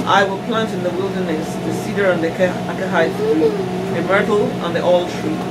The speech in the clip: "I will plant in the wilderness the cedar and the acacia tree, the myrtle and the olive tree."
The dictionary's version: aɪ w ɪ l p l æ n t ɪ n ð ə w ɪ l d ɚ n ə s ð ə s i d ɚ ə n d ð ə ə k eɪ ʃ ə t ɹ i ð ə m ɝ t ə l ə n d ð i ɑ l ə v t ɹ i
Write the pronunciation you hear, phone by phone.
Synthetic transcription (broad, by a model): aɪ w ɪ l p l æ n t ɪ n ð ə w ɪ l d ɚ n ə s ð ə s i d ɚ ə n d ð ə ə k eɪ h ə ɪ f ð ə m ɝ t l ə n ð i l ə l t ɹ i